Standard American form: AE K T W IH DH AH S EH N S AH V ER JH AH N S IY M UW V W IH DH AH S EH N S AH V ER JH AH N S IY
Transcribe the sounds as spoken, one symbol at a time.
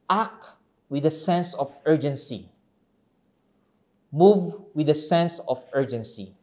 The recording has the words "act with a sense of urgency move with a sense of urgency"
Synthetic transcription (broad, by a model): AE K W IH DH AH S EH N S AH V ER JH AH N S IY M UW V W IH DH AH S EH N S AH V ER JH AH N S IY